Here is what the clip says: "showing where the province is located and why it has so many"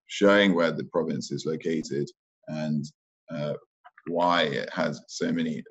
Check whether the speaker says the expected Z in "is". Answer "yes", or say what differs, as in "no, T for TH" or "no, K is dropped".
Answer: yes